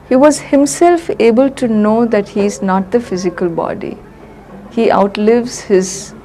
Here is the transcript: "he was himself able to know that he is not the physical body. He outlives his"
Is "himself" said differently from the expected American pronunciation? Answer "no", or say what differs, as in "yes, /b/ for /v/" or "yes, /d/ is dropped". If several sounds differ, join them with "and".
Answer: no